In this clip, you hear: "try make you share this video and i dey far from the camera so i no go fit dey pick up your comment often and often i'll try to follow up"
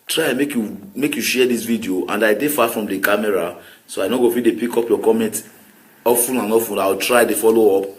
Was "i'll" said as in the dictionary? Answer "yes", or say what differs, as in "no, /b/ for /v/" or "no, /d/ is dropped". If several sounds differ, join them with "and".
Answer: no, /w/ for /l/